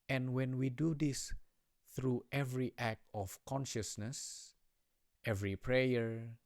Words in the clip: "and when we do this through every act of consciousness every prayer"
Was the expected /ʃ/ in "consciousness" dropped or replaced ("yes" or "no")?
no